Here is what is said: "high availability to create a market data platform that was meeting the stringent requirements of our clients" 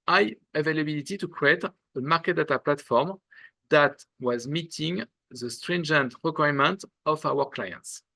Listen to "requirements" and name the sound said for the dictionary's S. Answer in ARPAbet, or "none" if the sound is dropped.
none